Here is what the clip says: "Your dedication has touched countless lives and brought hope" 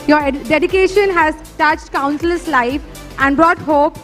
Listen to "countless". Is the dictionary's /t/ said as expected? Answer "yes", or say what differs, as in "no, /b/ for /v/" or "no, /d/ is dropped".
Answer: no, /s/ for /t/